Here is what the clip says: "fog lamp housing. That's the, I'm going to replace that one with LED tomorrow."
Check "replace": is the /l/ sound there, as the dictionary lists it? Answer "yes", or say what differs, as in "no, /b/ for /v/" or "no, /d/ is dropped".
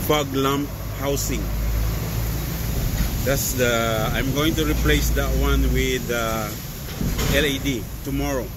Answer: yes